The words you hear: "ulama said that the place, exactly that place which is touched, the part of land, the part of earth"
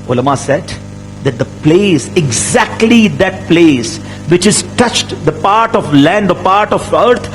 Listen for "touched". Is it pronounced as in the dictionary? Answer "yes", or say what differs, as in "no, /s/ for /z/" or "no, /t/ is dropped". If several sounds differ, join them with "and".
yes